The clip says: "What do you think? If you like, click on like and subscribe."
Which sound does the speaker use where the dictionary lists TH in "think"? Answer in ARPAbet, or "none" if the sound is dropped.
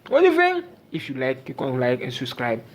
F